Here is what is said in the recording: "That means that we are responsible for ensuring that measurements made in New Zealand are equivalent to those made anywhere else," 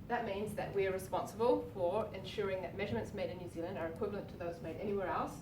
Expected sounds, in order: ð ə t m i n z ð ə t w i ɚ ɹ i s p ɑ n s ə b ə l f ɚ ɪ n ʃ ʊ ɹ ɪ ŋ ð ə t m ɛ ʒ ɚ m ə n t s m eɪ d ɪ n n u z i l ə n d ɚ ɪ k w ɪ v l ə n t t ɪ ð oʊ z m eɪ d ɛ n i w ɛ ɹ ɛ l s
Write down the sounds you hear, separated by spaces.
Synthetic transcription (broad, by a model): ð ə t m i n z ð ə t w i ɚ ɹ i s p ɑ n s ə b ə l f ɚ ɪ n ʃ ʊ ɹ ɪ ŋ ð ə t m ɛ ʒ ɚ m ə n t s m eɪ d ɪ n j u z i l ə n d ɚ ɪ k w ɪ v l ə n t t ɪ ð oʊ z m eɪ d ɛ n i w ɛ ɹ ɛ l s